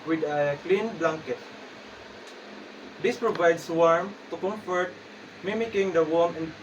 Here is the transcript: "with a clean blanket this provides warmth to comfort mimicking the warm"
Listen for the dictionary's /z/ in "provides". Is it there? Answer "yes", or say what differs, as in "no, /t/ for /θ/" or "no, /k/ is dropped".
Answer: no, /s/ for /z/